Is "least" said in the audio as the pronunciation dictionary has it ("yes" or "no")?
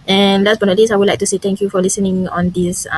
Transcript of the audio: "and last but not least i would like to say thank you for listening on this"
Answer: no